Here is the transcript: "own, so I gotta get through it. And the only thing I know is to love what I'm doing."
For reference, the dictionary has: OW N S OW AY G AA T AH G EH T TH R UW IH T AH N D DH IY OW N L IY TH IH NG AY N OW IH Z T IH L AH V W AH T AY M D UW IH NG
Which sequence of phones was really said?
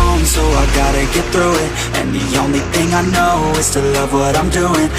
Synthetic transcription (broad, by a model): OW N S OW AY G AA T AH G EH T TH R UW IH T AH N DH IY OW N L IY TH IH NG AY N OW IH Z T IH L AH V W AH T AY M D UW IH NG